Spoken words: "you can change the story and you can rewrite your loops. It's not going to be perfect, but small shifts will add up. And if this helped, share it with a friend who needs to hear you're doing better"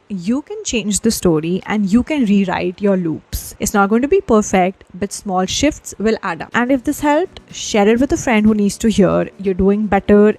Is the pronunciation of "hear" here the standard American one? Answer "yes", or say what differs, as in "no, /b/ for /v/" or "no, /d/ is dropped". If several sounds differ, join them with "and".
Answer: yes